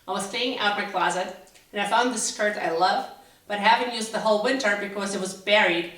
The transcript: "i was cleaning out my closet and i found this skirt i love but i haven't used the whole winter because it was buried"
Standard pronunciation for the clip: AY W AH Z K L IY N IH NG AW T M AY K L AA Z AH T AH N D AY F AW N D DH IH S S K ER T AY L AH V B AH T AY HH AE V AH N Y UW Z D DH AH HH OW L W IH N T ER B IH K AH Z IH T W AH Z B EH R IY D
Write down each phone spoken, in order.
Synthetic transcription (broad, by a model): AY W AH Z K IY IH NG AW T M AY K L AA Z AH T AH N AY F AW N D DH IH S S K ER T AY L AH V B AH T HH AE V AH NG Y UW Z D DH AH HH OW L W IH N T ER B IH K AH Z IH T W AH Z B EH R IY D